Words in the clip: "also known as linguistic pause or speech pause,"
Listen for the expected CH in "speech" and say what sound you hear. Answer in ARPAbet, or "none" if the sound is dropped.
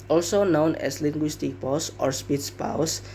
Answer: S